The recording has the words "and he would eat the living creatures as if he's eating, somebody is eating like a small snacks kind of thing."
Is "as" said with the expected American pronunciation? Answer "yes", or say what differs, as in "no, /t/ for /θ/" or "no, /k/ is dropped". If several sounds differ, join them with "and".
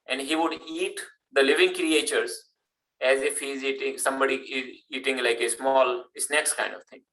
yes